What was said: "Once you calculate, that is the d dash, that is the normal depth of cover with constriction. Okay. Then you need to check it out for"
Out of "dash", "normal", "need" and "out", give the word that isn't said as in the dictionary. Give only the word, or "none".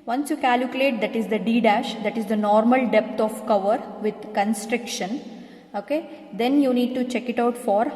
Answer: none